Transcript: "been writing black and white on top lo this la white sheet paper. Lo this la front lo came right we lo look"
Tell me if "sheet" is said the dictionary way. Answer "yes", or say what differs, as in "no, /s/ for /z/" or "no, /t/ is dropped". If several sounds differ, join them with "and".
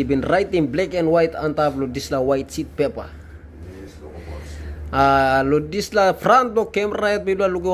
no, /s/ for /ʃ/